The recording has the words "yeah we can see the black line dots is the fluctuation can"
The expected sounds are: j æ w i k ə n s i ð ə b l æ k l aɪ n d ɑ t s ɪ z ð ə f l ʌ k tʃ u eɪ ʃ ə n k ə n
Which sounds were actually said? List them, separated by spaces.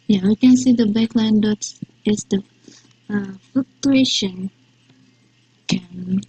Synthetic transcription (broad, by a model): j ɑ w i k ə n s i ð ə b ɑ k l aɪ n d ɑ t s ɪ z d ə f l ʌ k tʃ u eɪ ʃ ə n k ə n